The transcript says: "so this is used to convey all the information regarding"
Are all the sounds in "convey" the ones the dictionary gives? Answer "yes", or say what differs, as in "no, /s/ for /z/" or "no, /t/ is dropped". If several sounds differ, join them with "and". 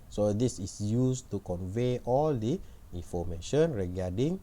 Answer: yes